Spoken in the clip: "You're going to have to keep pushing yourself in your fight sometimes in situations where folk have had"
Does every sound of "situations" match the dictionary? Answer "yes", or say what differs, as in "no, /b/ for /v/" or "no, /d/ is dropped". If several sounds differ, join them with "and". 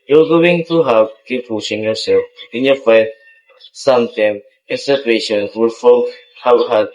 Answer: no, /z/ is dropped